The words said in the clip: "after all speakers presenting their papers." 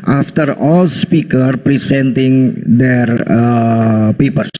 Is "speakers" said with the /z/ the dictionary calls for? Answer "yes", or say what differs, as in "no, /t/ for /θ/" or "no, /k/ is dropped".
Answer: no, /z/ is dropped